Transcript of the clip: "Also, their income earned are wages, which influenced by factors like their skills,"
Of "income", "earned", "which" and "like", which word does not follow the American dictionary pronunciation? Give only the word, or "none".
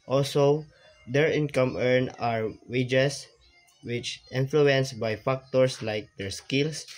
earned